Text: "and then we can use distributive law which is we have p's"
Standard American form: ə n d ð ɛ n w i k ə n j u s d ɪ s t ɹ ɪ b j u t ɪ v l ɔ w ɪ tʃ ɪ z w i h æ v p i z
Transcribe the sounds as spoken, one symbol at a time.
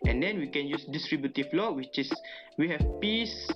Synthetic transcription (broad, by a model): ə n d ɛ n w i k ə n j u s d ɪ s t ɹ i b j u t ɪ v l ɔ w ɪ tʃ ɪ s w i h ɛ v p i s